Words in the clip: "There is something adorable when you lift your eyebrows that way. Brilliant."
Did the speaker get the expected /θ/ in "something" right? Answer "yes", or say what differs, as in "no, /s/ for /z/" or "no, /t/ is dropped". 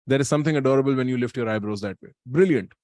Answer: no, /t/ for /θ/